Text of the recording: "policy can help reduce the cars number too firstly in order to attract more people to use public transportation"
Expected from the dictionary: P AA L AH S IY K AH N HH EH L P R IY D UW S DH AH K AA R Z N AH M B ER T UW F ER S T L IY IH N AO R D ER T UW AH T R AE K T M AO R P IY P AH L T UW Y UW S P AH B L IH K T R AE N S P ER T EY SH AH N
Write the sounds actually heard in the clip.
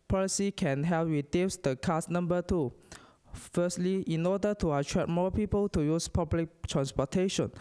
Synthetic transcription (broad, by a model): P AA L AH S IY K AH N HH EH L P W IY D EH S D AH K AA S N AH M B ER T UW F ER S T L IY IH N AO D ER T UW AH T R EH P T M AO P IY P AH L T UW Y UW S P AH B L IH K T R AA N S P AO T EY SH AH N